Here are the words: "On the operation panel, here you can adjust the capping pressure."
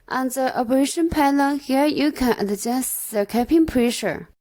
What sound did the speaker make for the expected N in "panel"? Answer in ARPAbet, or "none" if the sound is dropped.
L